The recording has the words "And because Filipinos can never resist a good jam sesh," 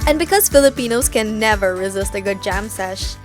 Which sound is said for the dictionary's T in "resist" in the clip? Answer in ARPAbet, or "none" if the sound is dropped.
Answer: T